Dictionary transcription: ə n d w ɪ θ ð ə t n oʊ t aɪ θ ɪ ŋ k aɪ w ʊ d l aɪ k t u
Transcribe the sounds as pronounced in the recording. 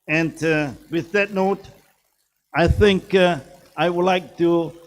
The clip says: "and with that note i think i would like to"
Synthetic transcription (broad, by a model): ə n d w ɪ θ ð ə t n oʊ t aɪ θ ɪ ŋ k aɪ w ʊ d l aɪ k t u